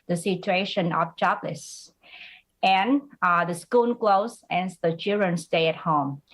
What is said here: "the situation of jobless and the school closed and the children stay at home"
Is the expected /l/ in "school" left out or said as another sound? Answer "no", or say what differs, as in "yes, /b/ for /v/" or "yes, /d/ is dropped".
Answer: yes, /n/ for /l/